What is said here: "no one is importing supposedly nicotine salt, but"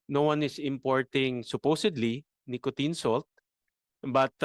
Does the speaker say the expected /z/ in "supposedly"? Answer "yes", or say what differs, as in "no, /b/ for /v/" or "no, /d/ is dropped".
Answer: no, /s/ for /z/